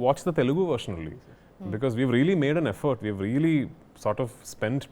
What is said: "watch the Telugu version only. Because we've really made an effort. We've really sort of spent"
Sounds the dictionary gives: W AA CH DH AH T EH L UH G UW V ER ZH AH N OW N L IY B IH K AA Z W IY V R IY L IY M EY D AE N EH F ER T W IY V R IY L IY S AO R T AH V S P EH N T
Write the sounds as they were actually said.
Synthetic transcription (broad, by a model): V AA CH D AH T EH L UH G UW V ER SH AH N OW L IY B IH K AA Z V IY V R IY L IY M EY D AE N EH F ER T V IY V R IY L IY S AO R T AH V S P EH N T